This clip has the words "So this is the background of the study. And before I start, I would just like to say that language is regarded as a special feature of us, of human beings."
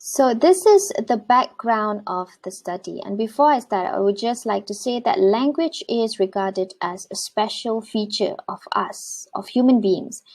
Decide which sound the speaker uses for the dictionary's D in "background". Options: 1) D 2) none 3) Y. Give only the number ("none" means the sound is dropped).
1